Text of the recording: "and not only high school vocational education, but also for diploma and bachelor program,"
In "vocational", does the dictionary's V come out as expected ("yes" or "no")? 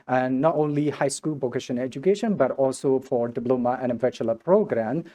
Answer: no